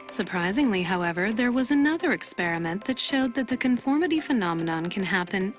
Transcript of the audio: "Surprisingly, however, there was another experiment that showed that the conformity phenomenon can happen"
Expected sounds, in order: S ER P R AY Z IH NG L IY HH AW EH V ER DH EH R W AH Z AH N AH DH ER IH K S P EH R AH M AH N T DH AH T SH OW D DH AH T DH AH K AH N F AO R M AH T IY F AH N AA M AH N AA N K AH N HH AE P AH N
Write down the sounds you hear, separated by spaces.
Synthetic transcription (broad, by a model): S ER P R AY Z IH NG L IY HH AW EH V ER DH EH R W AH Z AH N AH DH ER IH K S P EH R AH M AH N DH AH T SH OW D DH AH T DH AH K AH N F AO R M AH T IY F AH N AA M AH N AA N K AH N HH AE P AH N